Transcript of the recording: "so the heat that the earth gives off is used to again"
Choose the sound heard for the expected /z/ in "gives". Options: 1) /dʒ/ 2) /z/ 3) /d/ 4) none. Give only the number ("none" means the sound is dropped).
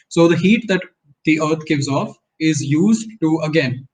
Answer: 2